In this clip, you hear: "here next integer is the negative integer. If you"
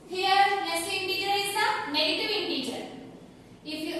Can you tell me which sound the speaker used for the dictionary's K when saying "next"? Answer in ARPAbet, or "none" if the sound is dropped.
none